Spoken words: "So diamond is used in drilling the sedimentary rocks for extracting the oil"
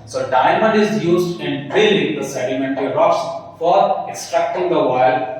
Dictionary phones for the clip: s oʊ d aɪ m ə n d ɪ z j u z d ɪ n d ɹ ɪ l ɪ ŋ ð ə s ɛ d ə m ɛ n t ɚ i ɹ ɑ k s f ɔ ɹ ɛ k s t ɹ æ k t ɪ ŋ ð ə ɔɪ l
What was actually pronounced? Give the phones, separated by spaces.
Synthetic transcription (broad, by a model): s oʊ d aɪ m ə n d ɪ z j u z d ɪ n d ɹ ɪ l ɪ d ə s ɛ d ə m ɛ n t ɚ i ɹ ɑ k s f ɔ ɹ ɛ k s t ɹ æ k t ɪ ŋ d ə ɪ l